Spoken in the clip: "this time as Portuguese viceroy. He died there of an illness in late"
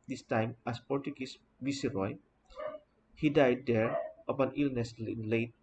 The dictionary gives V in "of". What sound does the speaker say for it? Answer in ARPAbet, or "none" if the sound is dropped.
P